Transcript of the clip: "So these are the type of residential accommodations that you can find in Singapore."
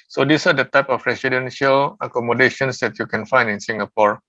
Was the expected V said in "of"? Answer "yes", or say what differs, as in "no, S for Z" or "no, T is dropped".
no, P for V